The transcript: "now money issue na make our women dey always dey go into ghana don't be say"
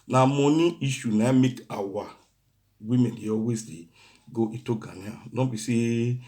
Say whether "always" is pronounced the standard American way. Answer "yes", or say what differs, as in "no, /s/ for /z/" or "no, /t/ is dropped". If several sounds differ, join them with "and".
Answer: no, /l/ is dropped